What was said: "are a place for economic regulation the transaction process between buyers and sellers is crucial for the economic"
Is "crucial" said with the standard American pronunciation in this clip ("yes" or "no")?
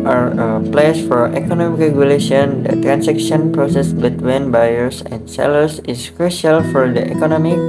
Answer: yes